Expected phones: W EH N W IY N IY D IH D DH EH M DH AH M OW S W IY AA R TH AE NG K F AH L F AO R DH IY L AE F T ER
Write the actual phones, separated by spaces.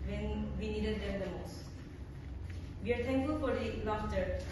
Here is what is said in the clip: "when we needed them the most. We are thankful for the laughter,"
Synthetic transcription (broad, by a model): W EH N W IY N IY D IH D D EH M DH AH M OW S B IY AA R T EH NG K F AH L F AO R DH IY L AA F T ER